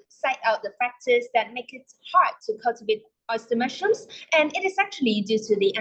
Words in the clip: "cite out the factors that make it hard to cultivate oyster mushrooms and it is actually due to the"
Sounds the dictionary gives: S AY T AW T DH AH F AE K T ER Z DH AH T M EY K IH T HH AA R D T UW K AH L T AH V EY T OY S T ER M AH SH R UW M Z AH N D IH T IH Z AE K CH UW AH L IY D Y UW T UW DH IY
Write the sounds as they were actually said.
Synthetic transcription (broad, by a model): S AY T AW T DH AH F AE K T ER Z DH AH T M EY K IH T HH AA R D T UW K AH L T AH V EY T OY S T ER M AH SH UW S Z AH N IH T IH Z AE K CH UW AH L IY D Y UW T UW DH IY